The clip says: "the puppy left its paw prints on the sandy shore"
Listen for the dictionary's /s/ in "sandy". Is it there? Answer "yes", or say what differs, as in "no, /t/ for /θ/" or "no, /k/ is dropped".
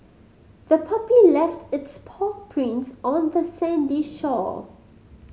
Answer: yes